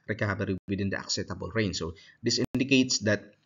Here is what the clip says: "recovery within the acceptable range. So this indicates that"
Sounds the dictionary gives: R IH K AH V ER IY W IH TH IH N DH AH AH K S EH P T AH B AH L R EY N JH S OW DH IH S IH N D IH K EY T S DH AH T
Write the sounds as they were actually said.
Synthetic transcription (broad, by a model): R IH K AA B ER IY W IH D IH N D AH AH K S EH T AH B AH L R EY N S OW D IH S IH N D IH K EY T S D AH T